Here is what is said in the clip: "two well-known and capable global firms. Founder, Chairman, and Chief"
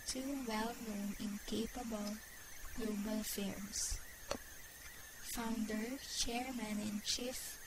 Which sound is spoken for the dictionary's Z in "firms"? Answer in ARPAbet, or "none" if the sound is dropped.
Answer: S